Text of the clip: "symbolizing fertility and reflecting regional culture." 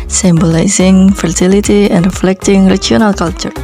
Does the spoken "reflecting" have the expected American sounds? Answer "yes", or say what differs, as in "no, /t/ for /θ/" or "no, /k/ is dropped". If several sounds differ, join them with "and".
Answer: yes